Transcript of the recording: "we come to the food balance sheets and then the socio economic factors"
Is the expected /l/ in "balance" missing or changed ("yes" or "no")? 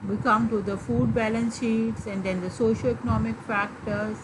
no